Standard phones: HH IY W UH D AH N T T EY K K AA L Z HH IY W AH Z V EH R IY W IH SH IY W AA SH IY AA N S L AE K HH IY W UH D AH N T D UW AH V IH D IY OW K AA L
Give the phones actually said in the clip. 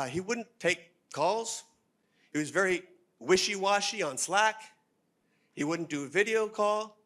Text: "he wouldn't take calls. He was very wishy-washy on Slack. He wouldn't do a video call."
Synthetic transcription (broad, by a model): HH IY W UH D N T T EY K K AA L Z HH IY W AH Z V EH R IY W IH SH IY W AA SH IY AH N S L AE K HH IY W UH D N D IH AH V IH D IY OW K AA L